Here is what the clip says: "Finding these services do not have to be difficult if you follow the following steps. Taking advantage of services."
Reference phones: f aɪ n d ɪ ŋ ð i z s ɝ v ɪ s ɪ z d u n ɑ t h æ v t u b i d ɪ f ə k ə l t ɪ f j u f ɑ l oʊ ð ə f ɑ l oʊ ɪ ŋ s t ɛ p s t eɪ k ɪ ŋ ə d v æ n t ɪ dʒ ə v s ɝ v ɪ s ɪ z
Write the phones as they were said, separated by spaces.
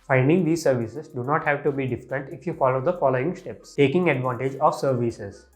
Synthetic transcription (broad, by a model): f aɪ n d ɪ ŋ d i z s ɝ v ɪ s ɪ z d u n ɑ t h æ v t u b i d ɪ f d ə n t ɪ f j u f ɑ l oʊ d ə f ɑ l oʊ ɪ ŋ s t ɛ p s t eɪ k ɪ ŋ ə d v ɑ n t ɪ dʒ ə v s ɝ v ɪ s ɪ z